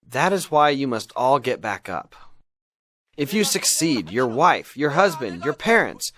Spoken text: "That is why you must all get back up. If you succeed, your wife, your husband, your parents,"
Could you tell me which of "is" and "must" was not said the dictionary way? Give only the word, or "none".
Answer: none